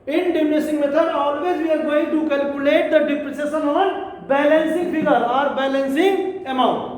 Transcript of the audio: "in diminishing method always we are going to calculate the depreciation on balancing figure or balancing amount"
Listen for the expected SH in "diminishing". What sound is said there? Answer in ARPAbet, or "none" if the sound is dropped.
S